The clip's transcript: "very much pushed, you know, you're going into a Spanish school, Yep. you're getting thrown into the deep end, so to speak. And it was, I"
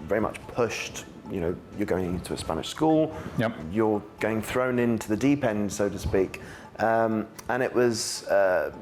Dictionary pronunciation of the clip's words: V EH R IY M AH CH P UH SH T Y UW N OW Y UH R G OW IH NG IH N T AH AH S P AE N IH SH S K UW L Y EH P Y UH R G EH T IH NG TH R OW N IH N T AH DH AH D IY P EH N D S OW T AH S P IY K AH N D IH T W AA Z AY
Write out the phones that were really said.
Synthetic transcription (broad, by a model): V EH R IY M AH CH P UH SH T Y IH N OW Y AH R G OW IH NG IH N T AH AH S P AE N IH SH S K UW L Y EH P Y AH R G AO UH IH NG TH R OW N IH N T AH DH AH D IY P EH N D S OW T AH S P IY K AH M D IH T W AA Z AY